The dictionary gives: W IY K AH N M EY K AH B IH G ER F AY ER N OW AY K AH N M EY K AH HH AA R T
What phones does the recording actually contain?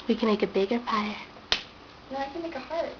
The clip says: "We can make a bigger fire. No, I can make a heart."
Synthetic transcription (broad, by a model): W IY K AH N M EY K AH B IH G ER P AY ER N OW AY K AH N M EY K AH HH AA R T